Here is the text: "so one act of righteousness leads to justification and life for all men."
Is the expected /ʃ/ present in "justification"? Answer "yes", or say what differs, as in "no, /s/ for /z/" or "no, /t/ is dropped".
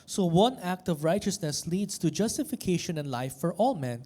yes